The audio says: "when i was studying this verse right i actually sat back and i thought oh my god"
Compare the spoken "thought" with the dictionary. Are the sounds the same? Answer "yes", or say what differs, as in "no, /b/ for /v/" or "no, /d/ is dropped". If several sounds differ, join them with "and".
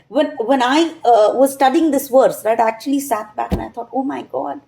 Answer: no, /t/ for /θ/